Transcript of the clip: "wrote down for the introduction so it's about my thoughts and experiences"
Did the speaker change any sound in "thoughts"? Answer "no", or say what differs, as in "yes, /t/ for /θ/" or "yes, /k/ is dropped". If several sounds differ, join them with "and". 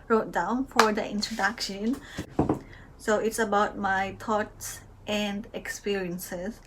yes, /t/ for /θ/